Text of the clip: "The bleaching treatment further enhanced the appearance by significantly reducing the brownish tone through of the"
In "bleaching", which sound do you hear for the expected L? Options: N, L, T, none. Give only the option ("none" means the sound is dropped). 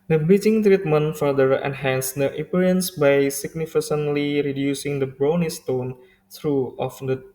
none